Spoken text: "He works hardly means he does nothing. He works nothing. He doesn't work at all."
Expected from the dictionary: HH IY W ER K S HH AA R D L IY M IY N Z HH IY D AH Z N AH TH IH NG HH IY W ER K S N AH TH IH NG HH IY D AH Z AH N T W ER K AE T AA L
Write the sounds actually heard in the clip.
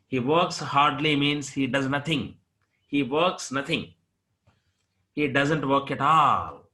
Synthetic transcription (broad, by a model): HH IY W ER K S HH AA R D L IY M IY N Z HH IY D AH Z N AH T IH NG HH IY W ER K S N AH T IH NG HH IY D AH Z AH N T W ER K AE T AA L